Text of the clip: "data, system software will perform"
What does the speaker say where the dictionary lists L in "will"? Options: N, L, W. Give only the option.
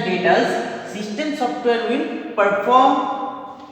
N